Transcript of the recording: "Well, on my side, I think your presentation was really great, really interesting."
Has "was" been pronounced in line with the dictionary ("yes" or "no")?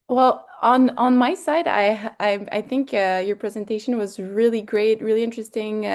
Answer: yes